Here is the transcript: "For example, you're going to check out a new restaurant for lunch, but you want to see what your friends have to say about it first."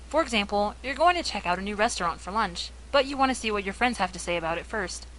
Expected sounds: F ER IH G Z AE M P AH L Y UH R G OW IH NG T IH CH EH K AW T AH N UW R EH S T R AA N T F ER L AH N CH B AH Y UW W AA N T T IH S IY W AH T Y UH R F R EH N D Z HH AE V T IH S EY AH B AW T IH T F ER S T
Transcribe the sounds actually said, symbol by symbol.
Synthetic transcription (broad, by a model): F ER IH G Z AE M P L Y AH R G OW IH NG T IH CH EH K AW T AH N UW R EH S T R AA N T F ER L AH N CH B AH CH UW W AA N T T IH S IY W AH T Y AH R F R EH N D Z HH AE F T IH S EY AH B AW T IH T F ER S T